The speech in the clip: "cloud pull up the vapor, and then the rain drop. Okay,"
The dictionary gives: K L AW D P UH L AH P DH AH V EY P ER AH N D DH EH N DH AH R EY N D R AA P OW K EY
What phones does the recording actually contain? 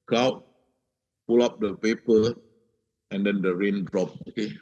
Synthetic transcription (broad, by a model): K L AW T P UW L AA P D AH P EY P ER AH N D EH N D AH R EY N D R AA P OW K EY